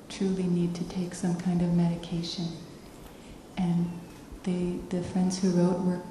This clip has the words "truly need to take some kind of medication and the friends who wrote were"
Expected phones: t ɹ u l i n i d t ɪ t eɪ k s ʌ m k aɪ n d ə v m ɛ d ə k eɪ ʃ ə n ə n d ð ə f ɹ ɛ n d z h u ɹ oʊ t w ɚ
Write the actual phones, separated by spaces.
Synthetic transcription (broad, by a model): t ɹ u l i n i d t ɪ t eɪ k s ʌ m k aɪ n d ə v m ɛ d ə k eɪ ʃ ə n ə n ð ð ə f ɹ ɛ n d z h u ɹ oʊ t w ɚ